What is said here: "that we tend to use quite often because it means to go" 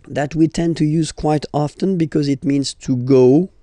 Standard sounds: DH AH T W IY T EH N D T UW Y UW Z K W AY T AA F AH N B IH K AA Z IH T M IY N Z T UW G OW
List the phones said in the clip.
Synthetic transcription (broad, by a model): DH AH T W IY T EH N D T UW Y UW Z K W AY T AA F AH N B IH K AA Z IH T M IY N Z T UW G OW